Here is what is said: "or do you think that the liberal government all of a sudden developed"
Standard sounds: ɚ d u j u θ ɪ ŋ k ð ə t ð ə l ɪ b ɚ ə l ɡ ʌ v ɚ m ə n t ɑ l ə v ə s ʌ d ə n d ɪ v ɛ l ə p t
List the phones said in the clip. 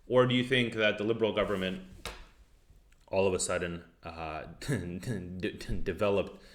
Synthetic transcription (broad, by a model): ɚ d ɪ j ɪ θ ɪ ŋ k ð ə t ð ə l ɪ b ɚ l ɡ ʌ v ɚ m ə n t ɑ l ə v ə s ʌ d n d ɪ v ɛ l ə p t